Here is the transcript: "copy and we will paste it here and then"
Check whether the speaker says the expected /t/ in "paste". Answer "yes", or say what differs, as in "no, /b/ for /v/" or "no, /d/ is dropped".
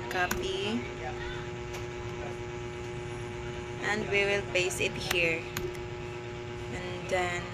no, /t/ is dropped